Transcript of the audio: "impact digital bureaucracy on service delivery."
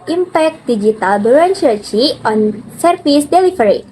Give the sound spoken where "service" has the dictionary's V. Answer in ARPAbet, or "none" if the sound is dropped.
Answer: F